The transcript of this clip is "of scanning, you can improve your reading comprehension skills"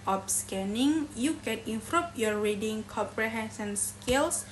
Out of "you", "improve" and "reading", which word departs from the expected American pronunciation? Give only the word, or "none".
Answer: improve